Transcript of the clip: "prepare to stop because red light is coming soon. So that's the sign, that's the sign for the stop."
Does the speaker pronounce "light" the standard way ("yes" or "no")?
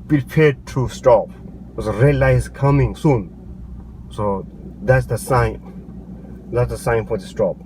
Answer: no